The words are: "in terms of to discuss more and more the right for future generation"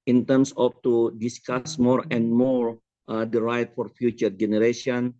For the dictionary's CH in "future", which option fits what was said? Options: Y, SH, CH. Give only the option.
CH